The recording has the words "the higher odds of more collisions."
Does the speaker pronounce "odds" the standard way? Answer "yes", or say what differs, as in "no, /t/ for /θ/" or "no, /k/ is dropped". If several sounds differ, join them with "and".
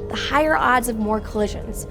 yes